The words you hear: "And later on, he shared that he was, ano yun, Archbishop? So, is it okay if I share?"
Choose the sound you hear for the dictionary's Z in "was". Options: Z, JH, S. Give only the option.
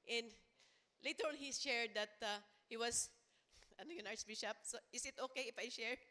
S